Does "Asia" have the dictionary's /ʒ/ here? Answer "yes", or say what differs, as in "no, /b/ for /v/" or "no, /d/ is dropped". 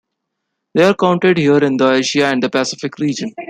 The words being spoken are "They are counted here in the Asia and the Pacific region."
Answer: no, /ʃ/ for /ʒ/